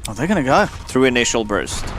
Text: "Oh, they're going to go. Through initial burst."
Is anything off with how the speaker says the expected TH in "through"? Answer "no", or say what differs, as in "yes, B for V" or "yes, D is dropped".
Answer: no